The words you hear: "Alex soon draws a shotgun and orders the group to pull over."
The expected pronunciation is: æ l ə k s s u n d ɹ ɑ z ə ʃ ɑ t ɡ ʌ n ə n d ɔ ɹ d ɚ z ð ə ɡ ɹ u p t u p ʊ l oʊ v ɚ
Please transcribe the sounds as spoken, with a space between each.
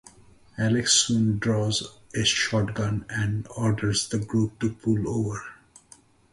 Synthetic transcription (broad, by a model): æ l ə k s s u n d ɹ ɑ z ə ʃ ɑ t ɡ ʌ n ə n d ɔ ɹ d ɚ z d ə ɡ ɹ u p t u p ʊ l oʊ v ɚ